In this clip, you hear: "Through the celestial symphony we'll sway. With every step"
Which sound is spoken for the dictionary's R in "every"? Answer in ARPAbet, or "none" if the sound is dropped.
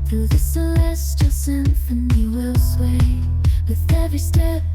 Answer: none